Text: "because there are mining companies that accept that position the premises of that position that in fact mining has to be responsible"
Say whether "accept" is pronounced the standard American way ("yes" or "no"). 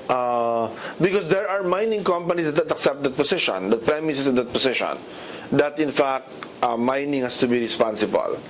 yes